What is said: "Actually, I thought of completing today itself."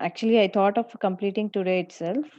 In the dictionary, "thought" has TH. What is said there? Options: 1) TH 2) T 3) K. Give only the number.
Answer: 2